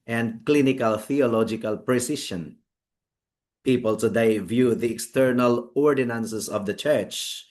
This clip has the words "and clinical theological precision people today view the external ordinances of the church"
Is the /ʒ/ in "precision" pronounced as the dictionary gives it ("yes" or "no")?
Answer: no